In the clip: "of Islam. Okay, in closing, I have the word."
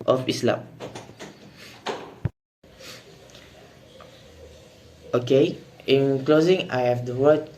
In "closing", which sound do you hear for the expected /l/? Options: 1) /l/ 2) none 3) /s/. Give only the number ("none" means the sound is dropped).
1